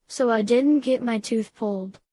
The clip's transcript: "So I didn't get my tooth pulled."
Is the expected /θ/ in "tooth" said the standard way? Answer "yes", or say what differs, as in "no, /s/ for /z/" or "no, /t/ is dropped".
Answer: yes